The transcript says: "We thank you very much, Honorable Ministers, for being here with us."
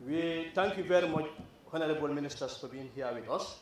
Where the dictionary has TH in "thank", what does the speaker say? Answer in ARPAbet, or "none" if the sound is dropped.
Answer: T